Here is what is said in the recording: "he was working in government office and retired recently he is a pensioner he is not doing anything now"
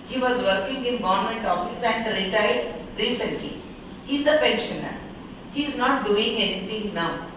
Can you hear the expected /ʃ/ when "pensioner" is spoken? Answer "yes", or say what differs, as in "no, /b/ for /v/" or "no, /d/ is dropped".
yes